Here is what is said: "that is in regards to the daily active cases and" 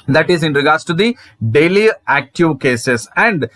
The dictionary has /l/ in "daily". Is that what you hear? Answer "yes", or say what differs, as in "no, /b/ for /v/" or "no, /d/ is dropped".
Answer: yes